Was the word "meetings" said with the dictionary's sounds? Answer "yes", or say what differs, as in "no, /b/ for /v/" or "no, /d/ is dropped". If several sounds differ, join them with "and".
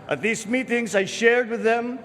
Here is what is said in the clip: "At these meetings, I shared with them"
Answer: yes